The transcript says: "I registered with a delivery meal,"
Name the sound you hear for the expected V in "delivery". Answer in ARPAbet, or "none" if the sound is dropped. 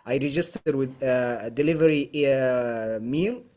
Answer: V